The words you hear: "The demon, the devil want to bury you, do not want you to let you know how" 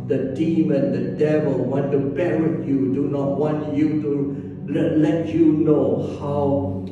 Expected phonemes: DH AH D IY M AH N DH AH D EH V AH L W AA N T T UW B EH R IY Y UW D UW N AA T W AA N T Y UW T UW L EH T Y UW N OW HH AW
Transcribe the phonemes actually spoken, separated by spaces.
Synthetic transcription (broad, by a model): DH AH D IY M AH N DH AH D EH V AH L W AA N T T UW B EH W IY Y UW D UW N AA T W AA N T Y UW T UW L EH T Y UW N OW HH AW